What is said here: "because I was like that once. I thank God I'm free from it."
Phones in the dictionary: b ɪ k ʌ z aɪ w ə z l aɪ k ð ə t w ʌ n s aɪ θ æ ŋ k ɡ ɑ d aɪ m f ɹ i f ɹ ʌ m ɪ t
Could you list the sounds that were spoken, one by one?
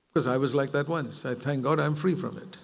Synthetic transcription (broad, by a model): k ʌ z aɪ w ə z l aɪ k ð ə t w ʌ n s aɪ θ æ ŋ k ɡ ɑ d aɪ m f ɹ i f ɹ ʌ m ɪ t